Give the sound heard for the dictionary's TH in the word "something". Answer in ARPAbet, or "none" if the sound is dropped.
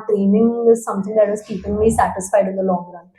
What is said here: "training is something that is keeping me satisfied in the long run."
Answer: T